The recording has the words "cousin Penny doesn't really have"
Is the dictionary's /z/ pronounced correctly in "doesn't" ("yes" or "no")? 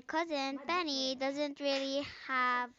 yes